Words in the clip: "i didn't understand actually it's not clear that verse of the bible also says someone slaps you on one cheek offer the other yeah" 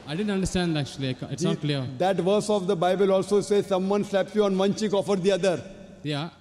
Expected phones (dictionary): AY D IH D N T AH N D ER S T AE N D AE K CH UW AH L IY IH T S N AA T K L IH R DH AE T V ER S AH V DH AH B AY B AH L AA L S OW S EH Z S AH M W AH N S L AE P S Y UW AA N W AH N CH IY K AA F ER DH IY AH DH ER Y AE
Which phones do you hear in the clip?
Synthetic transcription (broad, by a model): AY D IH D N T AH N D ER S T AE N D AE K CH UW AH L IY IH T S N AA T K L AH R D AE T V ER S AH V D AH B AY B AH L AA L S OW S EH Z S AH M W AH N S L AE P S Y UW AA N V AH N CH IY K AA F ER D IY AH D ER Y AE